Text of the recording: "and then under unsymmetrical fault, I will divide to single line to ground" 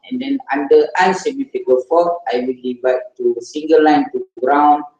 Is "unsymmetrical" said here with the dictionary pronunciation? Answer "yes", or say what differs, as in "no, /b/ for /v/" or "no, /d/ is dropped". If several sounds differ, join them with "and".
no, /ɹ/ is dropped